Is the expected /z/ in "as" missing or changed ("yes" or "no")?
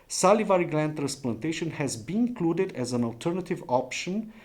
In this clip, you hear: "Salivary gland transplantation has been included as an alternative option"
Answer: no